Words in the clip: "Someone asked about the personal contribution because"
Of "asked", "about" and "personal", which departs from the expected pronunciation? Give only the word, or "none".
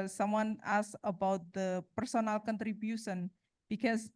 asked